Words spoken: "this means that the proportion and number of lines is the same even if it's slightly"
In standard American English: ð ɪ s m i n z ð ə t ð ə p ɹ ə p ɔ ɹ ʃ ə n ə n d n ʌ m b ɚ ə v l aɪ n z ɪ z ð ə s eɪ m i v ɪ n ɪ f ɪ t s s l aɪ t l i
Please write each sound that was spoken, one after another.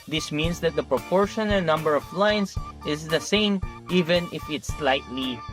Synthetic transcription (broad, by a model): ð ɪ s m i n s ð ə t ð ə p ɹ ə p ɔ ɹ ʃ ə n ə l n ʌ m b ɚ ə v l aɪ n s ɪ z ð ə s eɪ m i v ɪ n ɪ f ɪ t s s l aɪ t l i